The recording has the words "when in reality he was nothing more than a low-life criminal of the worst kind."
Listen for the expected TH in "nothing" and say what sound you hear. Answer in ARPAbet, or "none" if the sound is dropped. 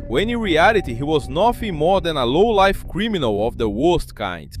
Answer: F